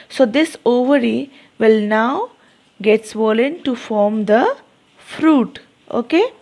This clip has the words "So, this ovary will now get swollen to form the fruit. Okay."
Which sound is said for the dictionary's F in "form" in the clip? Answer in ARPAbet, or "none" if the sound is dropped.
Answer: F